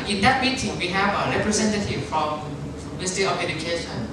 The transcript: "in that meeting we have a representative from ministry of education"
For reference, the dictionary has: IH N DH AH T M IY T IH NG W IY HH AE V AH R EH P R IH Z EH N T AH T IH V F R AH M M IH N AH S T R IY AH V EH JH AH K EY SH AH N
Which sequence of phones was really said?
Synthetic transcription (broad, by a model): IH N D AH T M IY T IH NG W IY HH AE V AH R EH P R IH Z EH N T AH T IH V F R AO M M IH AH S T IY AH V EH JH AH K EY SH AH N